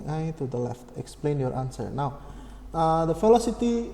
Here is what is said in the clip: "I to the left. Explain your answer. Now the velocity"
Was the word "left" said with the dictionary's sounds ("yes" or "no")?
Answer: yes